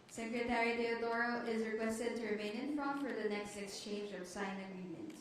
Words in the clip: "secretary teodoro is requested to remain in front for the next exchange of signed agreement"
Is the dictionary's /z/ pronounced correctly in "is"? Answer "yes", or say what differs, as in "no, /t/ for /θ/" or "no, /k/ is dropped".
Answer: yes